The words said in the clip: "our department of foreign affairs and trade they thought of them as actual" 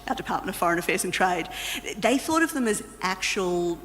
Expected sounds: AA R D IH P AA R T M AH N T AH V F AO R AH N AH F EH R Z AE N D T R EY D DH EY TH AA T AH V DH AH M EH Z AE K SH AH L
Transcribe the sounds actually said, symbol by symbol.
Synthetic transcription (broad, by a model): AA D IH P AA R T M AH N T AH V F AO R AH N AH F EH R Z N T R EY D DH EY TH AA T AH V DH AH M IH Z AE K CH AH L